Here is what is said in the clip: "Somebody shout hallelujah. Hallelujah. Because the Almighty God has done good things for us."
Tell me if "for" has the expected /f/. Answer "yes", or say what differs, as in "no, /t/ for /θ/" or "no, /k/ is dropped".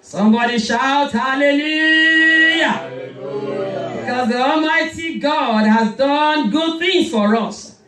yes